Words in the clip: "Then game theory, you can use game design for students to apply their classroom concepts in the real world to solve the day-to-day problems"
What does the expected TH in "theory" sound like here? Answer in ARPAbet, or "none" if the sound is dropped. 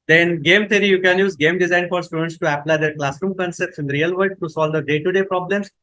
T